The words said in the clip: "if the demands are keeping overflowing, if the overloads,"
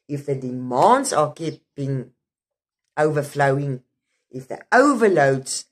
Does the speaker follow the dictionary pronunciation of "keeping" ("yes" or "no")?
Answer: no